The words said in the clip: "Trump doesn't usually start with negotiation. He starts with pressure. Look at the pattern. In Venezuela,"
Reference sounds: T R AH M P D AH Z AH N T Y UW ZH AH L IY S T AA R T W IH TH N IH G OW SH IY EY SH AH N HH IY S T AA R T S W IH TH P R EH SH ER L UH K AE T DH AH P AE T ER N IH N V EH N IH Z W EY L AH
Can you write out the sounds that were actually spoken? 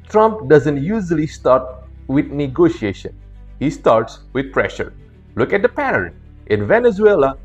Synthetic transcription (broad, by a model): T R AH M P D AH Z AH N T Y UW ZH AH L IY S T AA R T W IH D N IH G OW SH IY EY SH AH N HH IY S T AA R T S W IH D P R EH SH ER L UH K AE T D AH P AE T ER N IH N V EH N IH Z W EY L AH